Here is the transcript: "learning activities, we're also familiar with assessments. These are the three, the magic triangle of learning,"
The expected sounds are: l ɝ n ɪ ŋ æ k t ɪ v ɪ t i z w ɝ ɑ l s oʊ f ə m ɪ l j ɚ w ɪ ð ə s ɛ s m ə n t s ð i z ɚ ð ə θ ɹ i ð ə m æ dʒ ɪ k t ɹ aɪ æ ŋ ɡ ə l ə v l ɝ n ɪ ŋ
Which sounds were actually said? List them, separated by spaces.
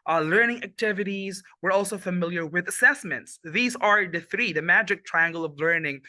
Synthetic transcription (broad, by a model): l ɝ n ɪ ŋ æ k t ɪ v ɪ t i z w ɝ ɑ l s oʊ f ə m ɪ l j ɚ w ɪ ð ə s ɛ s m ə n t s ð i z ɚ ð ə θ ɹ i ð ə m æ dʒ ɪ k t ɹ aɪ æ ŋ ɡ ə l ə v l ɝ n ɪ ŋ